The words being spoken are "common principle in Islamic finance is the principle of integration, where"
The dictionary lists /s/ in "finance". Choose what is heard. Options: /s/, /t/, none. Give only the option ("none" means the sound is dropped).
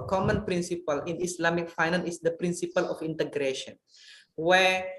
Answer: none